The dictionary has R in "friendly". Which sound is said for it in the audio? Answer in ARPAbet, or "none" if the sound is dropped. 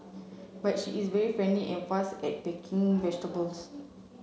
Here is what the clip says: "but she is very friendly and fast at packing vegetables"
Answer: none